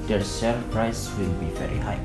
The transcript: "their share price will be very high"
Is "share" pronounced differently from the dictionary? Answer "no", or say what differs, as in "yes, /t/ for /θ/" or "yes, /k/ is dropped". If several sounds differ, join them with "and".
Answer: yes, /s/ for /ʃ/